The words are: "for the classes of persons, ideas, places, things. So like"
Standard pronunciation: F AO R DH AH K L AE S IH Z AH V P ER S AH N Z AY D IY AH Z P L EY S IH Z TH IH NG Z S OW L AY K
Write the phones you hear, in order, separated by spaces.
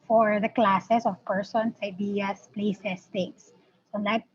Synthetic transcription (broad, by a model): F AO R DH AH K L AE S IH S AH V P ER S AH N S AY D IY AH S P L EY S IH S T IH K S OW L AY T